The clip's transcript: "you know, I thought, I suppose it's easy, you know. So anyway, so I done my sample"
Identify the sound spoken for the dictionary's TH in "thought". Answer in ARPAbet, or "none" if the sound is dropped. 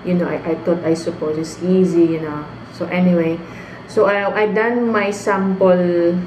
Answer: T